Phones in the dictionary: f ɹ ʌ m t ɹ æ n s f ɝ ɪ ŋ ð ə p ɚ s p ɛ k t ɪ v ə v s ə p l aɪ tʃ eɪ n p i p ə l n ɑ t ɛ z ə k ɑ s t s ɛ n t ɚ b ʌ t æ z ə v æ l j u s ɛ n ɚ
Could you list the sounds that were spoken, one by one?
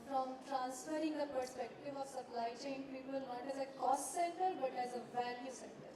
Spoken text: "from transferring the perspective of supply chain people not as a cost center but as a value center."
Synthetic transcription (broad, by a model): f ɹ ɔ m t ɹ æ n s f ɝ ɪ ŋ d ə p ɚ s p ɛ k t ɪ v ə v s ə p l aɪ tʃ eɪ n p i p ə l n ɑ t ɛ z ə k ɑ s t s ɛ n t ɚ b ʌ t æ z ə v æ l j u s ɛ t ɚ